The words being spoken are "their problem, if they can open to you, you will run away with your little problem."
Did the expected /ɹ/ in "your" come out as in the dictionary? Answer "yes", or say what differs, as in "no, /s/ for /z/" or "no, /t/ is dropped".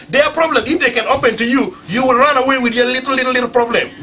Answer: no, /l/ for /ɹ/